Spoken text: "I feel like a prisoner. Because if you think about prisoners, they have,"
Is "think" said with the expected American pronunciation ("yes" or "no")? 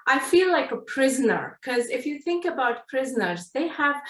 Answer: yes